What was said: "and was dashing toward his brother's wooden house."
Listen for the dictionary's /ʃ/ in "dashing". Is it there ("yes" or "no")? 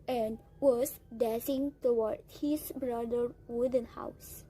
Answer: no